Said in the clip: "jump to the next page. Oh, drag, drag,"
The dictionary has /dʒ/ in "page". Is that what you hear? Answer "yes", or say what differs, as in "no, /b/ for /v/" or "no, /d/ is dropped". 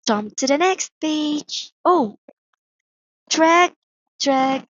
no, /tʃ/ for /dʒ/